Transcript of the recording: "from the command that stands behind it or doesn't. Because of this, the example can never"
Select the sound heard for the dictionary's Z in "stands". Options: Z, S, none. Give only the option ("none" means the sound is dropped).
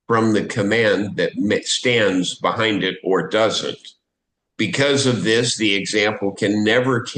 Z